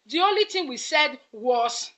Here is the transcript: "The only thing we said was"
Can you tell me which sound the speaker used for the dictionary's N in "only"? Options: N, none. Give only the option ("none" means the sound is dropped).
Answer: N